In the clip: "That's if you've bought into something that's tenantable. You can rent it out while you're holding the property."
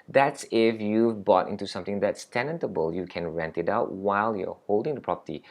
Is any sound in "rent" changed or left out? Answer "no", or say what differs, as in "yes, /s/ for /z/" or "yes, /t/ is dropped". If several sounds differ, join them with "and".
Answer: no